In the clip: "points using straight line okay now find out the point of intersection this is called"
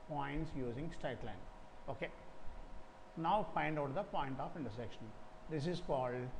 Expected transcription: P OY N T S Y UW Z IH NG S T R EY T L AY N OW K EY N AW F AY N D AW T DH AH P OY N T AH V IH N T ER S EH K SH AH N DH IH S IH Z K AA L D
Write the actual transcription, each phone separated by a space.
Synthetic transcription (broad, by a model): P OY N T S Y UW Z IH NG S T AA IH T L AY N OW K EY N AW P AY N D AW T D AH P OY N T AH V IH N T ER S EH K SH AH N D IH S IH Z K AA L D